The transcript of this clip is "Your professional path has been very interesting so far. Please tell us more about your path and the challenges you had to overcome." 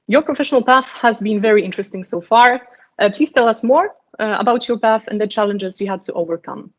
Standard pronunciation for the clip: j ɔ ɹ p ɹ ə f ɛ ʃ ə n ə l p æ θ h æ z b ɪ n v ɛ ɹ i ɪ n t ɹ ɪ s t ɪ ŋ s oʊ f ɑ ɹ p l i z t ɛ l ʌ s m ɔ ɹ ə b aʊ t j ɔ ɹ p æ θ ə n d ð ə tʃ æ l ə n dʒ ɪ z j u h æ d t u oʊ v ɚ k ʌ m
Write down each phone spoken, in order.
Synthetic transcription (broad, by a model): j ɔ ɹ p ɹ ə f ɛ ʃ ə n ə l p æ θ h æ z b ɪ n v ɛ ɹ i ɪ n t ɹ ɪ s t ɪ ŋ s oʊ f ɑ ɹ p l i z t ɛ l ʌ s m ɔ ɹ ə b aʊ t j ɔ ɹ p æ θ ə n d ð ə tʃ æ l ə n dʒ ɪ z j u h æ d t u oʊ v ɚ k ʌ m